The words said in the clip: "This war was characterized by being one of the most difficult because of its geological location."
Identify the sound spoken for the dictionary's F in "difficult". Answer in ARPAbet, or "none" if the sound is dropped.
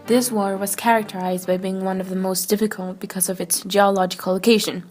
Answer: F